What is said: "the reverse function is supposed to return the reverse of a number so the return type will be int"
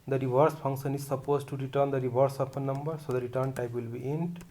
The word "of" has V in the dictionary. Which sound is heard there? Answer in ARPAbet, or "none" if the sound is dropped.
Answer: P